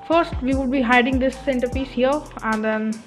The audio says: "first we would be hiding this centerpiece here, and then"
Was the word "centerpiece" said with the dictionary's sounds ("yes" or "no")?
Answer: yes